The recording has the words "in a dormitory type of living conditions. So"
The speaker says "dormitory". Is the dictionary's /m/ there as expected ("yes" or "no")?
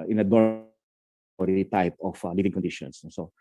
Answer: no